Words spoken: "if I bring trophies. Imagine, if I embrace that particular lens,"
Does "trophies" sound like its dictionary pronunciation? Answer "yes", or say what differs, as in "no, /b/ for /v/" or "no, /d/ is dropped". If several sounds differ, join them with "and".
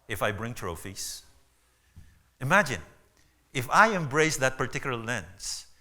no, /s/ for /z/